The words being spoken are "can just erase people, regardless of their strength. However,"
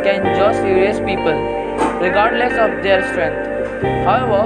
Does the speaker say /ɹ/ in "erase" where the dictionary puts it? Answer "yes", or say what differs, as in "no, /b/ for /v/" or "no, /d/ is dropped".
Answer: no, /ɹ/ is dropped